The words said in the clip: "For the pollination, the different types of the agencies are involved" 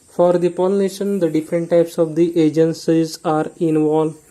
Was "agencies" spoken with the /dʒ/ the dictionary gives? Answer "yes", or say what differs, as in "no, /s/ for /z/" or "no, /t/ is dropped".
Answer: yes